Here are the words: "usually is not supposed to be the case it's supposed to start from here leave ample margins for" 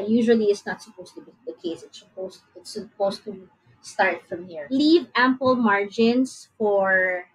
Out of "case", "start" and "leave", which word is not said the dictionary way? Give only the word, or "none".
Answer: none